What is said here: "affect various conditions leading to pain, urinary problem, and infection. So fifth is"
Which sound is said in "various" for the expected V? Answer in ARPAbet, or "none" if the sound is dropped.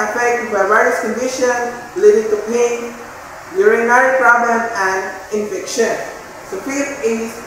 B